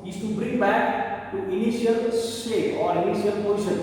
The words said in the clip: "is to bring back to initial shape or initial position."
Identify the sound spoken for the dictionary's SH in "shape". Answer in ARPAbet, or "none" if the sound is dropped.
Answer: S